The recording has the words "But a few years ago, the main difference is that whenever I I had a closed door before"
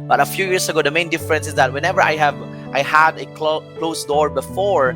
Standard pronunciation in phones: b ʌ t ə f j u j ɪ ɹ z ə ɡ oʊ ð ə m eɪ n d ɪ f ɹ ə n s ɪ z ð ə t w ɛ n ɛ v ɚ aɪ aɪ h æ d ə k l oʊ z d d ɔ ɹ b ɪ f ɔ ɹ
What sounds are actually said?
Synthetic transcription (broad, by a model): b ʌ t ə f j u j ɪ ɹ s ə ɡ oʊ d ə m eɪ n d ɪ f ɹ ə n s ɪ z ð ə t w ɛ n ɛ v ɚ aɪ aɪ h æ d ə k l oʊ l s d ɔ ɹ b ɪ f ɔ ɹ